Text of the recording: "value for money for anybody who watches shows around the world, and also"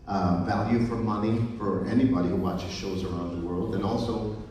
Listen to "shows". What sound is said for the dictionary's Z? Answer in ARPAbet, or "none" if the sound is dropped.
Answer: Z